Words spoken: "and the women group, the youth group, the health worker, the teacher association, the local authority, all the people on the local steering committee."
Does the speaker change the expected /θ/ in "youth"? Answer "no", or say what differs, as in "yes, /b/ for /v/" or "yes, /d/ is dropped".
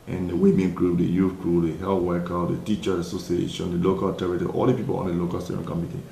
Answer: yes, /f/ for /θ/